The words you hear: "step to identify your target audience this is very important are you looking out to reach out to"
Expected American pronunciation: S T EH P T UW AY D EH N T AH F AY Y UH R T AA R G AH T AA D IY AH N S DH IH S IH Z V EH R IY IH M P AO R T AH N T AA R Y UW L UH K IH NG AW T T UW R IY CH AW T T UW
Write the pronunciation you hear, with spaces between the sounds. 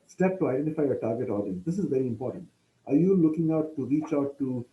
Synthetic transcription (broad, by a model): S T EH P T UW AY D EH N T AH F AY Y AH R T AA R G AH T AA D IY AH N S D IH S IH Z V EH R IY IH M P AO R T AH N T AA R Y UW L UH K IH NG AW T T UW R IY CH AW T T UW